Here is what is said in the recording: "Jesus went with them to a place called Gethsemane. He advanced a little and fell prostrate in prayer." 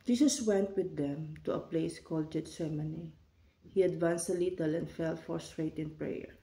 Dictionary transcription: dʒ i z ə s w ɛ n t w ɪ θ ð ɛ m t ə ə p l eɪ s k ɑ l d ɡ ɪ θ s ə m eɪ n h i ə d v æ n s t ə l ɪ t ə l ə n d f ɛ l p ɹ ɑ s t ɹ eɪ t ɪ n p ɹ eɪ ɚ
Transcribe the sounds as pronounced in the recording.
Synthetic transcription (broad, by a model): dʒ i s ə s w ɛ n t w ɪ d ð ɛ m t ə ə p l eɪ s k ɑ l d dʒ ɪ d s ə m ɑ n h i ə d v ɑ n s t ə l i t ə l ə n d f ɛ l f ɹ s t ɹ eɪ t ɪ n p ɹ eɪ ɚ